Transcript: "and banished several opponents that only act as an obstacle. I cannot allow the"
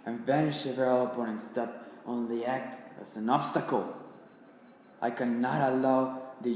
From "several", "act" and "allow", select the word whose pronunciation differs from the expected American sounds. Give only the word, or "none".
several